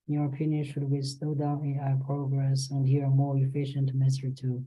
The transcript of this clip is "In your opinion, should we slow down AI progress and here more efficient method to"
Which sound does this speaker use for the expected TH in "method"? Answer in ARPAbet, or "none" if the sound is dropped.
S